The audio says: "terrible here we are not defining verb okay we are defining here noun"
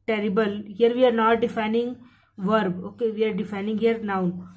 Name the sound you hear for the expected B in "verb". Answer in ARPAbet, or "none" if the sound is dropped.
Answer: B